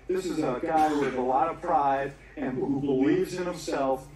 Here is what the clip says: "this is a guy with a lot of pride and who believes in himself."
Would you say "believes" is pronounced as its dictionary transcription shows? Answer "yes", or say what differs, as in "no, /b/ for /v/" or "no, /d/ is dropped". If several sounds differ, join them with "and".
yes